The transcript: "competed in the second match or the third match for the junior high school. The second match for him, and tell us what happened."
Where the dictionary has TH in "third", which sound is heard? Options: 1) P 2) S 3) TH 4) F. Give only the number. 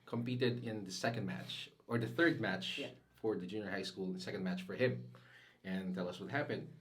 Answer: 3